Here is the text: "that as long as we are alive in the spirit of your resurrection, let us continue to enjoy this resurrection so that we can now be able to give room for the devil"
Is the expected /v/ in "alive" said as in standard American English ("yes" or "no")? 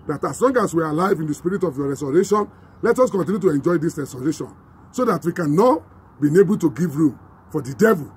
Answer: yes